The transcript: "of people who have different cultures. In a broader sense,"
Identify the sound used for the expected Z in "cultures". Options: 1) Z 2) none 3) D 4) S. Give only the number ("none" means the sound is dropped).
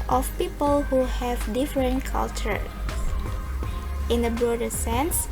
2